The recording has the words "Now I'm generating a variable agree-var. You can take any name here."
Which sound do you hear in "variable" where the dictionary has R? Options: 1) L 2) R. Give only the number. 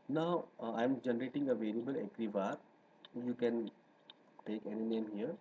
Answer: 1